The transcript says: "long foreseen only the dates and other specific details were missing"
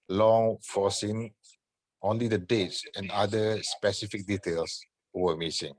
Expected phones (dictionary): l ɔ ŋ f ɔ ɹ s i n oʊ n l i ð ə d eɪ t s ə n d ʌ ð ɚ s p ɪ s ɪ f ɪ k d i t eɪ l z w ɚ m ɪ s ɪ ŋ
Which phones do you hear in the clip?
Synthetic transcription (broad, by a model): l ɔ ŋ f ɔ s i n oʊ n l i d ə d eɪ t s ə n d ʌ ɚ s p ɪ s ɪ f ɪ k d i t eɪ l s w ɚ m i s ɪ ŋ